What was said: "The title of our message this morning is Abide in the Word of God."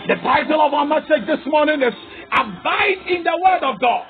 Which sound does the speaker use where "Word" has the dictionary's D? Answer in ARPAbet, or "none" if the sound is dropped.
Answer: D